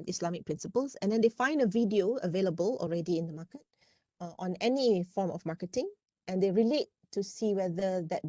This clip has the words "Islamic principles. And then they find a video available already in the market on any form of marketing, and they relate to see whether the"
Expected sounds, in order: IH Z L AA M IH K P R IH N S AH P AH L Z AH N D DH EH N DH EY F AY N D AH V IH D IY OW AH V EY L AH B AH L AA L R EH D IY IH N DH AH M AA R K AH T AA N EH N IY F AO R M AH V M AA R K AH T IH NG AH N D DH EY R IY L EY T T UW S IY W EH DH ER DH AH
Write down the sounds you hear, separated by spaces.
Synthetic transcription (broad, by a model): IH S L AA M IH K P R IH N S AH P AH L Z AH N D EH N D EY F AY N D AH V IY D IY OW AH V EY L AH B AH L AA L R EH D IY IH N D AH M AA K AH T AA N EH N IY F AO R M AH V M AA K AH T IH NG AH N D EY R IY L EY T T UW S IY W EH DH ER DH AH